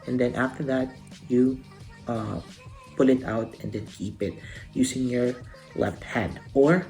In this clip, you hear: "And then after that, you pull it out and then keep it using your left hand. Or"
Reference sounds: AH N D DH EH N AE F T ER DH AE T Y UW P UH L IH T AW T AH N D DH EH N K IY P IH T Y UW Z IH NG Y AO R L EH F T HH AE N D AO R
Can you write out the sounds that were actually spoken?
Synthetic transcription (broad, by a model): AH N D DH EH N AE F T ER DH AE T Y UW P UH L IH T AW T AH N D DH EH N K IY P IH T Y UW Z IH NG Y AO R L EH F T HH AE D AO R